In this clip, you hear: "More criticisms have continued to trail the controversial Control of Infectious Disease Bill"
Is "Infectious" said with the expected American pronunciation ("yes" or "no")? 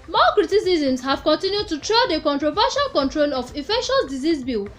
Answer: no